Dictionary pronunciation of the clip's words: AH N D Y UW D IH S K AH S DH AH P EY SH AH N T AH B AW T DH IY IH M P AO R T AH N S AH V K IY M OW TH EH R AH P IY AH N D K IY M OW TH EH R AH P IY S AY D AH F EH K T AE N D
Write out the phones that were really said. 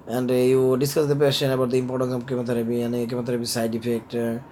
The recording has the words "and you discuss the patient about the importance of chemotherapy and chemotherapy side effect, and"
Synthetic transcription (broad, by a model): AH N D Y UW D IH S K AH S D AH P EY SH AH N AH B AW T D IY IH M P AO R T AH N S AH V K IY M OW T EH R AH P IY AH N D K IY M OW T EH R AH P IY S AY D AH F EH K T